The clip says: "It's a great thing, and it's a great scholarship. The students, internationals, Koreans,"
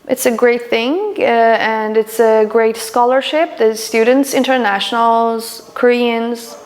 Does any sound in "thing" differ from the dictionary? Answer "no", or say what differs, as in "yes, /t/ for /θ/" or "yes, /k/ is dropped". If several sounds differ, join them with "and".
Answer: no